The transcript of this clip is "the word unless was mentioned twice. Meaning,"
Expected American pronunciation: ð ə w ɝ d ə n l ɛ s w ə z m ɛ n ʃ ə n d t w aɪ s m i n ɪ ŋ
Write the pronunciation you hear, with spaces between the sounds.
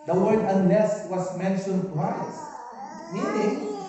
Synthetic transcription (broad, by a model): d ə w ɝ d ə n l ɛ s w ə s m ɛ n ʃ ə n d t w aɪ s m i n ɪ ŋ